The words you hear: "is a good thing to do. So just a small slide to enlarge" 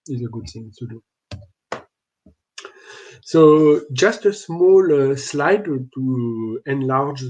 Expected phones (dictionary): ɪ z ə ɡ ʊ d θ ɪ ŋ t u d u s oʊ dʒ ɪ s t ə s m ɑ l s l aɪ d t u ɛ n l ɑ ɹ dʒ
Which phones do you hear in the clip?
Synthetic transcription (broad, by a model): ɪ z ə ɡ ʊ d θ ɪ ŋ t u d u s oʊ dʒ ɪ s t ə s m ɑ l s l aɪ d t u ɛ n l ɑ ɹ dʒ